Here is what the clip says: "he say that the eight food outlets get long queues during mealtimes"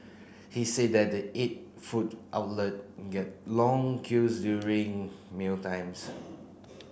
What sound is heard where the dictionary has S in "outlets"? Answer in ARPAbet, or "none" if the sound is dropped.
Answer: none